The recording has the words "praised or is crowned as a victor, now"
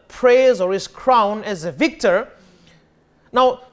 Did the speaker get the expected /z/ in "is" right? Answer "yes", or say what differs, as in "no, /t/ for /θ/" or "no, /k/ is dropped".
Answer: no, /s/ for /z/